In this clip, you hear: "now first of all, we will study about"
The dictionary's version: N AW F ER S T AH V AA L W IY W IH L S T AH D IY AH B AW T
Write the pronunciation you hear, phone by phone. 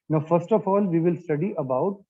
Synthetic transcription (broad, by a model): N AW F ER S T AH F AA L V IY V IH L S T AH D IY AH B AW T